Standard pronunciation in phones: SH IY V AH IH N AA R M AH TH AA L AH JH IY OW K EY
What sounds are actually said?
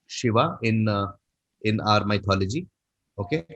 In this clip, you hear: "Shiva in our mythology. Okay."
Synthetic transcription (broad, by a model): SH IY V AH IH N AA R M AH T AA L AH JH IY OW K EY